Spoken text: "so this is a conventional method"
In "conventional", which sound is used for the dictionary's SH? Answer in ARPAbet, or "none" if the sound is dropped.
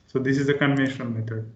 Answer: none